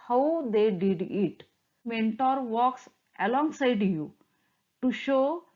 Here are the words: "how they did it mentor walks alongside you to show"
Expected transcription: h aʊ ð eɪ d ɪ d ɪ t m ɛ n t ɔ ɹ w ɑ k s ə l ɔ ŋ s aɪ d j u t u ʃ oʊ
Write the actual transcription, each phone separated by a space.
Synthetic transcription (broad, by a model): h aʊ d eɪ d ɪ d ɪ t m ɛ n t ɔ ɹ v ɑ k s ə l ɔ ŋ s aɪ d j u t u ʃ oʊ